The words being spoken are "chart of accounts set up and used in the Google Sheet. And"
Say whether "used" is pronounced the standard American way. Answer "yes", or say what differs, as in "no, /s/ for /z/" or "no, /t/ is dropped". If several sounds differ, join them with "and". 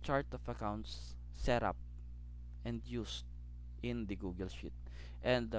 no, /s/ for /z/